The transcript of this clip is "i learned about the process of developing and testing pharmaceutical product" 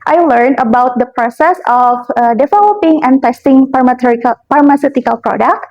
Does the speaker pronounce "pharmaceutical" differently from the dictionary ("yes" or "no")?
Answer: yes